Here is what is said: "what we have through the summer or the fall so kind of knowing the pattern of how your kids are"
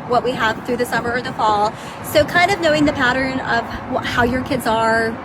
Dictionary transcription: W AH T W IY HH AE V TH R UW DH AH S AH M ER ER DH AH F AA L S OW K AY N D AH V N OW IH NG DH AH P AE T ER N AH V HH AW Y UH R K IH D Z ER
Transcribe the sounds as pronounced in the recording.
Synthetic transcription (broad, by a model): W AH T W IY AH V TH R UW DH AH S AH M ER ER DH AH F AA L S OW K AY N D AH V N OW IH NG DH AH P AE T ER N AH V HH AW Y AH R K IH D Z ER